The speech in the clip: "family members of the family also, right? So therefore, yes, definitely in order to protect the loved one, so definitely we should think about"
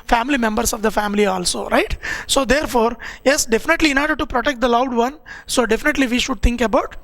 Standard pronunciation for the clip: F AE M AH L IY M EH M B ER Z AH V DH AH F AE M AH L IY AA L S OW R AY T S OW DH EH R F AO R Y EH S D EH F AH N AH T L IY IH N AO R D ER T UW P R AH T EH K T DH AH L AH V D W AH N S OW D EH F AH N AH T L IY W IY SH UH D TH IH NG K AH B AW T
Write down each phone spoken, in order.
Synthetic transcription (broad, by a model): F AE M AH L IY M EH M B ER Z AH V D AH F AE M AH L IY AA L S OW R AY T S OW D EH R F AO R Y EH S D EH F AH N AH T L IY IH N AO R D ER T UW P R AH T EH K T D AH L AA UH D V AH N S OW D EH F AH N AH T L IY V IY SH UH D T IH NG K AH B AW T